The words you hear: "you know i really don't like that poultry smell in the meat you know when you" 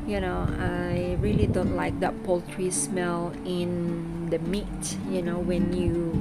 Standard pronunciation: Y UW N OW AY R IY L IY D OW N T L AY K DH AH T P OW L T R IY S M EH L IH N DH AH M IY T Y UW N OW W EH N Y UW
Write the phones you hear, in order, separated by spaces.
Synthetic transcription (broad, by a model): Y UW N OW AY R IY L IY D OW N T L AY K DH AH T P OW L T R IY S M EH L IH N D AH M IY T Y UW N OW W EH N Y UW